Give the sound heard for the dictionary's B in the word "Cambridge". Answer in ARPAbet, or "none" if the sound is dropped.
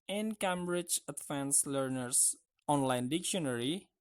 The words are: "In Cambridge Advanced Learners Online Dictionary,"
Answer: B